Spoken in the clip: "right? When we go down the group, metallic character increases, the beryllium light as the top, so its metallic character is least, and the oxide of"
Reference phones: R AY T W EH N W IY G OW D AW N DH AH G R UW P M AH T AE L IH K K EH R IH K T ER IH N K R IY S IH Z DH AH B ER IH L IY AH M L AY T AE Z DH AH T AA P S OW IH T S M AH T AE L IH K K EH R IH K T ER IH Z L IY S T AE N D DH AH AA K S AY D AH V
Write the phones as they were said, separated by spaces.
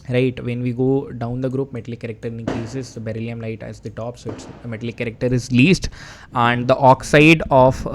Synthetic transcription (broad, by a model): R AY T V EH N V IY G OW D AW N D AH G R UW P M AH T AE L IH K K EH R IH K T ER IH K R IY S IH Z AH B ER IH L IY AH M L AY T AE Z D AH T AA P S OW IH T S M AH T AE L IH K K EH R IH K T ER IH Z L IY S T AE N D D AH AA K S AY D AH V